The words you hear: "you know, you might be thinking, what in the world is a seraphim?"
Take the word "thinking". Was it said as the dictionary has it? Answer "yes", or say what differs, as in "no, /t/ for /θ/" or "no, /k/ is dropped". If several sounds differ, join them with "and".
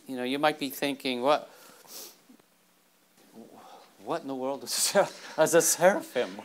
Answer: yes